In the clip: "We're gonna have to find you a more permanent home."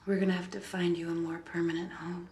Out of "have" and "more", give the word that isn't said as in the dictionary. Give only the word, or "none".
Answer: have